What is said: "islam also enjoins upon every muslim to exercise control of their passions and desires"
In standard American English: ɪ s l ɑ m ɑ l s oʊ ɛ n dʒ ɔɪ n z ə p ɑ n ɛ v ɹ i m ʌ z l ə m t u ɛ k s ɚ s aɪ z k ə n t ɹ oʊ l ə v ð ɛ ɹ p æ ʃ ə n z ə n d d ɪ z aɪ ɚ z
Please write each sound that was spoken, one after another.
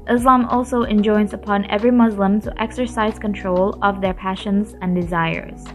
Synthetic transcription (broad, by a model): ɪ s l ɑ m ɑ l s oʊ ɛ n dʒ ɔɪ n z ə p ɑ n ɛ v ɹ i m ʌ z l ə m t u ɛ k s ɚ s aɪ z k ə n t ɹ oʊ l ə v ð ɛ ɹ p æ ʃ ə n z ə n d d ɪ z aɪ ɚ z